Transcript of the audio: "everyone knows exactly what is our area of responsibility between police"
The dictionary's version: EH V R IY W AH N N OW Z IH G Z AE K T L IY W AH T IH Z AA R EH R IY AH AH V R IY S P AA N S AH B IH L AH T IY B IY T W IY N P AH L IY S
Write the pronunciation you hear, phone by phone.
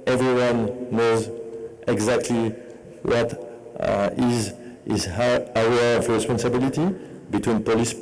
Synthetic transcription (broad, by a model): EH V R IY W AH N N OW Z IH G Z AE K T L IY W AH T IH Z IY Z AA IY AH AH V R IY S P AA N S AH B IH L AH T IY B IY T W IY N P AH L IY S